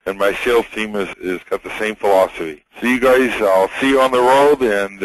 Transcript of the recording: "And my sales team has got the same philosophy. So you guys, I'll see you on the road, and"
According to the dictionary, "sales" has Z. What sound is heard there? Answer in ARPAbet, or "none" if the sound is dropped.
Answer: none